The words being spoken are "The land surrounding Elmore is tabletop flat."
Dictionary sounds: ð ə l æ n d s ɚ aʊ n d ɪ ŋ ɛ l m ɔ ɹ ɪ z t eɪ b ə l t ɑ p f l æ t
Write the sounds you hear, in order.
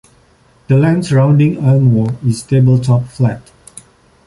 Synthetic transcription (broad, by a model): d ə l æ n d s ɚ aʊ n d ɪ ŋ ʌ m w ɔ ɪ s t eɪ b ə l t ɑ p f l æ t